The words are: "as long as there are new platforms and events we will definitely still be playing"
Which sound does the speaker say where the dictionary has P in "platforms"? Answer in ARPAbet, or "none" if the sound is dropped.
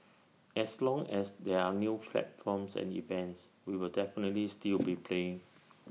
F